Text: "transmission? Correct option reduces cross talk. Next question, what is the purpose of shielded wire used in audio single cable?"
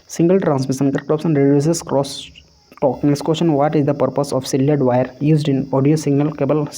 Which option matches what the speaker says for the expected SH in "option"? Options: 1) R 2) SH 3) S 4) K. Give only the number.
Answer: 3